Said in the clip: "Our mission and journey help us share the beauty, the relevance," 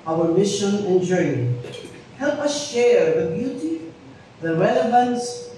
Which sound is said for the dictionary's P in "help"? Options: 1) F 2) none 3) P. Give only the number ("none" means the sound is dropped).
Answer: 3